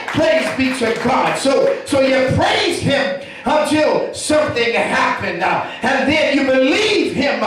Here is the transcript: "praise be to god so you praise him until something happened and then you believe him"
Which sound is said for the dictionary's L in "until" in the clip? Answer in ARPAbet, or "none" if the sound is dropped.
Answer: L